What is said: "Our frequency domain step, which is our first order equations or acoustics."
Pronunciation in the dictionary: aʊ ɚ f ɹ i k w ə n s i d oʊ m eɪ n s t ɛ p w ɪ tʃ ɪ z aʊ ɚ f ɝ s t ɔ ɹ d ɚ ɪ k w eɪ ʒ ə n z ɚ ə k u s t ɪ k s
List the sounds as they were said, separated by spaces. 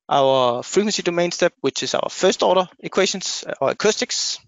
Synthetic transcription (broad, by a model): aʊ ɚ f ɹ i k w ə n s i d oʊ m eɪ n s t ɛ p w ɪ tʃ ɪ s aʊ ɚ f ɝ s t ɔ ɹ d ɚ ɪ k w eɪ ʃ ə n s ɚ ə k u s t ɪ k s